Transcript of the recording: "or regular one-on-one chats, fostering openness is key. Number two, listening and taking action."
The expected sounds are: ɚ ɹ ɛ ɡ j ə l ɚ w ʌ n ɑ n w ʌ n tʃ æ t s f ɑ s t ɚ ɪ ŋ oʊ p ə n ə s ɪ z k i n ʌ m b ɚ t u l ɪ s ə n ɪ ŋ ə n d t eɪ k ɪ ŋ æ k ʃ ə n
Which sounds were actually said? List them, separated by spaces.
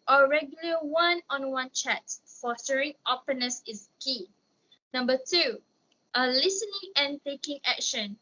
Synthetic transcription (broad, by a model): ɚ ɹ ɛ ɡ j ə l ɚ w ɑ n ɑ n w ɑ n tʃ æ t f ɑ s t ɚ ɪ ŋ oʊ p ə n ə s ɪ s k i n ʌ m b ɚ t u l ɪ s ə n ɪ ŋ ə n t eɪ k ɪ ŋ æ k ʃ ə n